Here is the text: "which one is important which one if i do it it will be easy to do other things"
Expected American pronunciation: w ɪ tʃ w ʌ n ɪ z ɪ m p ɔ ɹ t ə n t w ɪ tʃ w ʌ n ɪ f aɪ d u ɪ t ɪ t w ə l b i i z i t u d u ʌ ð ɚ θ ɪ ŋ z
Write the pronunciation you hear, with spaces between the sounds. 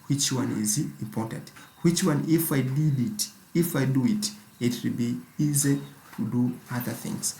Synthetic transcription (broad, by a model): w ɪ tʃ w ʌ n ɪ z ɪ m p ɔ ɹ t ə n t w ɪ tʃ w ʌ n ɪ f aɪ d u ɪ t ɪ t w ə l b i i z i t u d u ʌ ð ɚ θ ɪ ŋ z